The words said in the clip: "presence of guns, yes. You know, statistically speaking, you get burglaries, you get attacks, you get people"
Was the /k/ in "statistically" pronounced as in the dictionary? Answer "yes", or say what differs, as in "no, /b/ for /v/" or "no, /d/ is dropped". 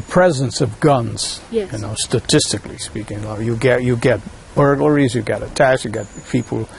yes